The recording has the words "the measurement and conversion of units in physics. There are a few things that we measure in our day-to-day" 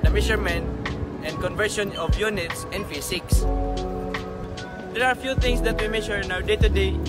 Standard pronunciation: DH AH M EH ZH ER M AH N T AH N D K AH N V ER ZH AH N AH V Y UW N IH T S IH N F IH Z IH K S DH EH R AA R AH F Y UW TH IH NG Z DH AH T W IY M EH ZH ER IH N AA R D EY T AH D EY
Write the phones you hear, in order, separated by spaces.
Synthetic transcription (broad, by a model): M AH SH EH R M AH N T AH N D K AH N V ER SH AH N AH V Y UW N IH T S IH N F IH S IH K S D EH R AA R F Y UW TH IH NG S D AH T W IY M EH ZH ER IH N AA W D EY T AH D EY